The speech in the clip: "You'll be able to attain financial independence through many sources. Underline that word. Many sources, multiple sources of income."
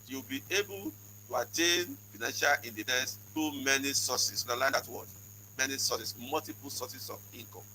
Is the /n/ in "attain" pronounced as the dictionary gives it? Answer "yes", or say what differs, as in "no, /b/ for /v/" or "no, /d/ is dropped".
yes